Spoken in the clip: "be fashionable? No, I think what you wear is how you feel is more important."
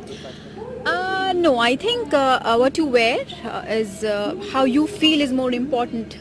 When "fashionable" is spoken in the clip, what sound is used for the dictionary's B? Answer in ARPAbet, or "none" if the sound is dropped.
none